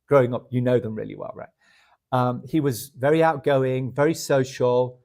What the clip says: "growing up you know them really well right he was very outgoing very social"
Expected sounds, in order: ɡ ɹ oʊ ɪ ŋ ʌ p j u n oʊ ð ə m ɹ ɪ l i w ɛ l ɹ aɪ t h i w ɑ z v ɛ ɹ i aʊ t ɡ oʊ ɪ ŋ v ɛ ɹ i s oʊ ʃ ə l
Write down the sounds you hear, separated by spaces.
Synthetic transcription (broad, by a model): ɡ ɹ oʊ ɪ ŋ ʌ p j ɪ n oʊ ð ə m ɹ ɪ l i w ɛ l ɹ aɪ t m i w ɑ z v ɛ ɹ i aʊ t ɡ oʊ ɪ ŋ v ɛ ɹ i s oʊ ʃ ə l